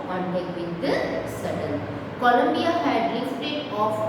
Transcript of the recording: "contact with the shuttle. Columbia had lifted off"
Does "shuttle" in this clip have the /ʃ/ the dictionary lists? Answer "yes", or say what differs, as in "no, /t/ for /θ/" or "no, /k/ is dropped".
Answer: no, /s/ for /ʃ/